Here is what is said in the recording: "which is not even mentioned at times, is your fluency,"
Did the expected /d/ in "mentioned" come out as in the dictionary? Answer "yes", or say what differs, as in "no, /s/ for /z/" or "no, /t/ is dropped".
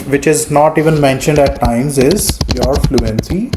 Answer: yes